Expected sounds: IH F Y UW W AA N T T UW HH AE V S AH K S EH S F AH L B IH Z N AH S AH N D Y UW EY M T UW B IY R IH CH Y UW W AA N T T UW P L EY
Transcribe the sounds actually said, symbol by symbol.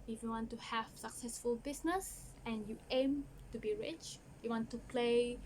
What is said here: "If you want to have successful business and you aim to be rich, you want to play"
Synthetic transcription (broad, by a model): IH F Y UW W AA N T T UW HH AE V S AH K S EH S F AH L B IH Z N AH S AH N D Y UW EY M T UW B IY R IH CH Y UW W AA N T T UW P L EY